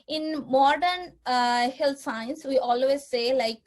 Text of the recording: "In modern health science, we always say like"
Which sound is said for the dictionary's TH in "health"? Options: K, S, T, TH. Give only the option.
T